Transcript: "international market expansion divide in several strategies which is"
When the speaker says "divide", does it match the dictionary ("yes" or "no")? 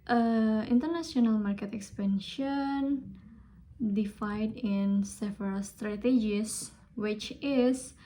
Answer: no